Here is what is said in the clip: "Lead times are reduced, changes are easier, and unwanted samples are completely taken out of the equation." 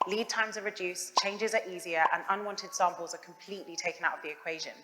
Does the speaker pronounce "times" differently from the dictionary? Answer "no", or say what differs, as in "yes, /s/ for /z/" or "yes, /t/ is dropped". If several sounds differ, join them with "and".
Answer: no